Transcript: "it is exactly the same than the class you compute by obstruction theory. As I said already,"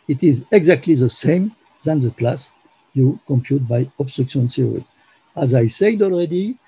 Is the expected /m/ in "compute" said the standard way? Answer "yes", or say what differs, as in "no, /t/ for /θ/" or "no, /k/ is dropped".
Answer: yes